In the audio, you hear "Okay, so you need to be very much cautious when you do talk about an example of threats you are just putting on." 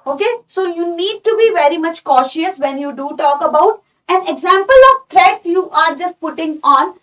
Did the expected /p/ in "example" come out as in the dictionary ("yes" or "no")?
yes